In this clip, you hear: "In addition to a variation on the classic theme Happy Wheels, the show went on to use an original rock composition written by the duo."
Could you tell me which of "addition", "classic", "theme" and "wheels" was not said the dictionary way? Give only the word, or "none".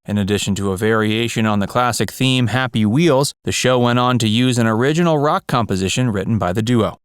none